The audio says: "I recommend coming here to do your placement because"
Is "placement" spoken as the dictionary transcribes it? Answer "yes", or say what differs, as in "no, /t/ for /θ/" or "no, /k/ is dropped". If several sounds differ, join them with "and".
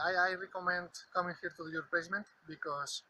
no, /l/ is dropped